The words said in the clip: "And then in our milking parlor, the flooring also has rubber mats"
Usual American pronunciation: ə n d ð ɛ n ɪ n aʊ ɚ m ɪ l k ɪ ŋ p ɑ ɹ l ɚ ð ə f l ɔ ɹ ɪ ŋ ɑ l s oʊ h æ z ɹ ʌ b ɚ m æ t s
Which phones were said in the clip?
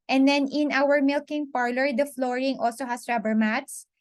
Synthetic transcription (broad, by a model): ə n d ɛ n ɪ n aʊ ɚ m ɪ l k ɪ ŋ p ɑ ɹ l ɚ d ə f l ɔ ɹ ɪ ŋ ɑ l s oʊ h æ s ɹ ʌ b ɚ m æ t s